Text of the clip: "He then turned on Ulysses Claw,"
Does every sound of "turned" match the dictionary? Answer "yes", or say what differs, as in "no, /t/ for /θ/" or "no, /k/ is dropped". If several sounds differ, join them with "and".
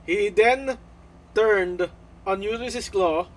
yes